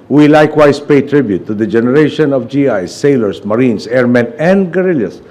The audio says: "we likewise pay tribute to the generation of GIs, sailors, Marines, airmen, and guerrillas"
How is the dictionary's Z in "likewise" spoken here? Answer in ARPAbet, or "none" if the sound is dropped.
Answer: S